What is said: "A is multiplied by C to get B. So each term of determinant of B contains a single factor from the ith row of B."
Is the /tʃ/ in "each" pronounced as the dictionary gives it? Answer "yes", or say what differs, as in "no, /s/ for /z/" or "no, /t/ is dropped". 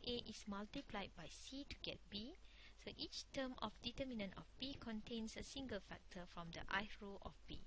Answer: yes